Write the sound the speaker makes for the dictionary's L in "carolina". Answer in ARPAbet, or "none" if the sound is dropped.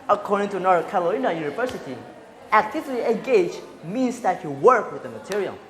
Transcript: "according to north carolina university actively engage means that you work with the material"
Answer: none